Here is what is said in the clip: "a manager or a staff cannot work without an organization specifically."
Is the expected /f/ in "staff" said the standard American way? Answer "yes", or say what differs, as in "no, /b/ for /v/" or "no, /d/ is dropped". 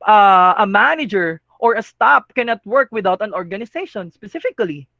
no, /p/ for /f/